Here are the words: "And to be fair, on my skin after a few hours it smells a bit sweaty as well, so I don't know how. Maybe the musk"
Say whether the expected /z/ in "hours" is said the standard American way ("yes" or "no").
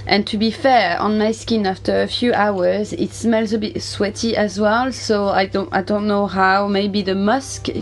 yes